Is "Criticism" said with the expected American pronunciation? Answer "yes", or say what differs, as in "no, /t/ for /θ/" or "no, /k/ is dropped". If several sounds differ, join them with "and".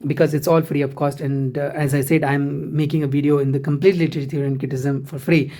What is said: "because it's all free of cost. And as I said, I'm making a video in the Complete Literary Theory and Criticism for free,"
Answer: no, /ɹ/ is dropped